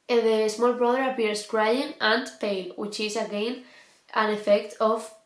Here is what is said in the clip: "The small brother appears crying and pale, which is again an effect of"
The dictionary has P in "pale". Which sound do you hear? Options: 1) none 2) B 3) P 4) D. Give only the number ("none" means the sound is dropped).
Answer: 3